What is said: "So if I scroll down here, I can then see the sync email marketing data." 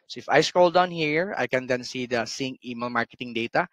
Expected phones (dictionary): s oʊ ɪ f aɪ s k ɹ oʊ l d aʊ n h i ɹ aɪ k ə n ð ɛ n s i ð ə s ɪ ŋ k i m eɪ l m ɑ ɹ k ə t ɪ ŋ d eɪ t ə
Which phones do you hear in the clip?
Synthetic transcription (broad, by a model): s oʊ ɪ f aɪ s k oʊ l d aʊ n h i ɹ aɪ k ə n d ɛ n s i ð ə s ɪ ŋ i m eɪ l m ɑ ɹ k ə t ɪ ŋ d eɪ t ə